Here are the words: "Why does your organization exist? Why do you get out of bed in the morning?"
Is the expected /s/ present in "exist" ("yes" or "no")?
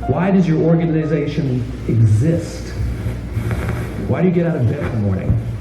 yes